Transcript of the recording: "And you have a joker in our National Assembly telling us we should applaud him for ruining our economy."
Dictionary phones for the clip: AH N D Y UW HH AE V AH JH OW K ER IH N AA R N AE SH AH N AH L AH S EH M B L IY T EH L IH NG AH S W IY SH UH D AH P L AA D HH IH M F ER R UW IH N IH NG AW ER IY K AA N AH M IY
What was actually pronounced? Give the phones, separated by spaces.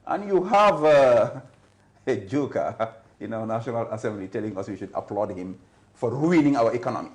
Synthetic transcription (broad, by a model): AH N Y UW HH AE V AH JH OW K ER IH N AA N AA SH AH N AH L AH S EH M B L IY T EH L IH NG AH S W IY SH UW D AH P L AA D HH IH M F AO R UW IH N IH NG AW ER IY K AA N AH M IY